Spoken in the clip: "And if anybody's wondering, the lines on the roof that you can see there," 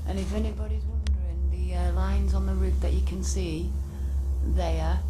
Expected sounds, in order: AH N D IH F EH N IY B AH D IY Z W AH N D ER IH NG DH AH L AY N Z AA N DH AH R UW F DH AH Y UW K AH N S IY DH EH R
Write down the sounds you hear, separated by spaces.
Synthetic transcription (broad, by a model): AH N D IH F EH N IY B AH D IY Z W AH N D ER IH NG DH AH L AY N Z N DH AH R UW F DH AH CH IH K AH N S IY DH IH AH